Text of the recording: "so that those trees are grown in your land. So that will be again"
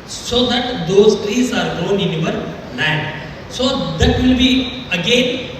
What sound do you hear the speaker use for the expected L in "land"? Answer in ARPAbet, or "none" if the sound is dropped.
N